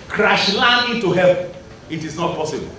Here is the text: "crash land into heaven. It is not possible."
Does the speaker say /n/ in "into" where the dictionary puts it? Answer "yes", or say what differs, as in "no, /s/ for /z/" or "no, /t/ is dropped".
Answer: no, /n/ is dropped